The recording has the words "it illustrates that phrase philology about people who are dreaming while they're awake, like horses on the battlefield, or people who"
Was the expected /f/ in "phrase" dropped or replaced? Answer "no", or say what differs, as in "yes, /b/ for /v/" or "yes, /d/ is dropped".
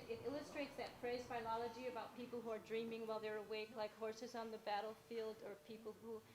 yes, /p/ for /f/